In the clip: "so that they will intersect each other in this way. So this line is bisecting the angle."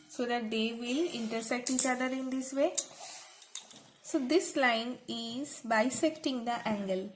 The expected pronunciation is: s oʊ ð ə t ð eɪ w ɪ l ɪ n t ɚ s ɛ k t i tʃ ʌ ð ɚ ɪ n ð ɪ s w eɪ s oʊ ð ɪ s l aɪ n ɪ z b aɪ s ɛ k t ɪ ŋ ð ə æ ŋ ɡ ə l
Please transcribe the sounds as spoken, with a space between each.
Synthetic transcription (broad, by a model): s oʊ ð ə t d eɪ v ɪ l ɪ n t ɚ s ɛ k t i tʃ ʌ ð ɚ ɪ n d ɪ s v eɪ s oʊ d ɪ s l aɪ n ɪ z b aɪ s ɛ k t ɪ ŋ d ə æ ŋ ɡ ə l